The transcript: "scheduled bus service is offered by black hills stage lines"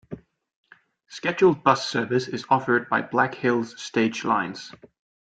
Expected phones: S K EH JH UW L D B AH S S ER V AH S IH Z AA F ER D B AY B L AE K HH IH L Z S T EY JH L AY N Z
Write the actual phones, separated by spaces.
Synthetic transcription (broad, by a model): S K EH JH UW L D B AH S S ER V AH S IH Z AA F ER D B AY B L AE K HH IH L Z S T EY JH L AY N Z